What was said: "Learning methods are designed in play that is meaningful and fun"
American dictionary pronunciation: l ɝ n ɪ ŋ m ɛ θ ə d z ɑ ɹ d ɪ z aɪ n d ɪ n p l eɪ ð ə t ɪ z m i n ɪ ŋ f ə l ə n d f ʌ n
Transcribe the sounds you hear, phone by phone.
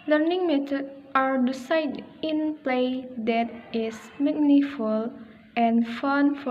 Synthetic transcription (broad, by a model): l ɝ n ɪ ŋ m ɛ t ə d ɑ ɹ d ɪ s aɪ d ɪ n p l eɪ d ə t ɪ s m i n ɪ f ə l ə n f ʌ n